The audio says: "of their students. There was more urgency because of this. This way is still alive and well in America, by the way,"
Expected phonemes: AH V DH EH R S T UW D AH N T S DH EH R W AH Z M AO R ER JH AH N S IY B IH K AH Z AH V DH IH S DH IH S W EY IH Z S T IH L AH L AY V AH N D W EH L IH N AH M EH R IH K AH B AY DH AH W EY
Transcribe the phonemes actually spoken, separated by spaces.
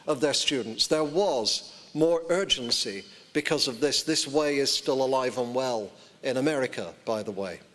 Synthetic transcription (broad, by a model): AH V DH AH R S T UW D N T S DH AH R W AH Z M AO R ER JH AH N S IY B IH K AH Z AH V DH IH S DH IH S W EY IH Z S T IH L AH L AY V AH N W EH L IH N AH M EH R IH K AH B AY DH AH W EY